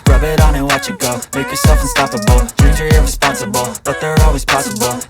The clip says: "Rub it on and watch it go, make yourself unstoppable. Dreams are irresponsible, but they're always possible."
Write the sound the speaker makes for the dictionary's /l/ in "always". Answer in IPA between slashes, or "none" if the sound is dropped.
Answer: /l/